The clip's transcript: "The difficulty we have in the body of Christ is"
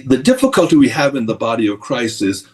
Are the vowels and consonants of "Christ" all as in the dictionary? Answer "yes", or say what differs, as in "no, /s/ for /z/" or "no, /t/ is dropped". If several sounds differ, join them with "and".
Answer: no, /t/ is dropped